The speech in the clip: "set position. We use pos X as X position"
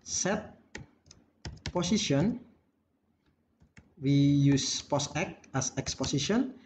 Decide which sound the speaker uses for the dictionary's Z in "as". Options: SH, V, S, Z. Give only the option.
S